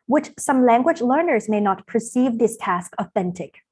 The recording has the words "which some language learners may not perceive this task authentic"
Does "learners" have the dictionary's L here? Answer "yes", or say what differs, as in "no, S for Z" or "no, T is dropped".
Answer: yes